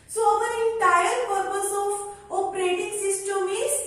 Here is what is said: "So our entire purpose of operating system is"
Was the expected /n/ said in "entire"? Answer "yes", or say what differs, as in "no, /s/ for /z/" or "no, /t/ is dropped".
no, /n/ is dropped